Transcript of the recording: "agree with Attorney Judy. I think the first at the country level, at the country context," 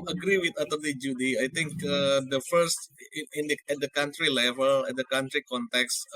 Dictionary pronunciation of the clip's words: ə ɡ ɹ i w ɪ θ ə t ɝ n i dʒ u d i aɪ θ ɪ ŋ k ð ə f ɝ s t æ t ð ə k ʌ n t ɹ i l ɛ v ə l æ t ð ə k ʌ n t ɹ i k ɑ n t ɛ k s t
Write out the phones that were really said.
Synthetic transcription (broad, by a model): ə ɡ ɹ i w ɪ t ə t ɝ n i dʒ u d i aɪ t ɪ ŋ k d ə f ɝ s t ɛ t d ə k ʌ n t ɹ i l ɛ v ə l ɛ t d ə k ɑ n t ɹ i k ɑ n t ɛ k s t